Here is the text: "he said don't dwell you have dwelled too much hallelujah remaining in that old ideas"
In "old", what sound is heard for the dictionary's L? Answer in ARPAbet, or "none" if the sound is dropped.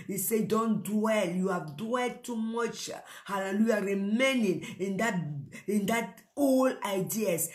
N